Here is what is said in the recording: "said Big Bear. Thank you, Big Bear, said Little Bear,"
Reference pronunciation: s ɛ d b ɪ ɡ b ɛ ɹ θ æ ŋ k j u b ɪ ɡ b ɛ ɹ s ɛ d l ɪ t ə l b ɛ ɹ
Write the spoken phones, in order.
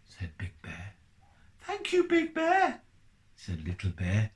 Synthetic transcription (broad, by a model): s ɛ d b ɪ ɡ b ɛ ɹ θ æ ŋ k j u b ɪ ɡ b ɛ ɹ s ɛ d l ɪ t l b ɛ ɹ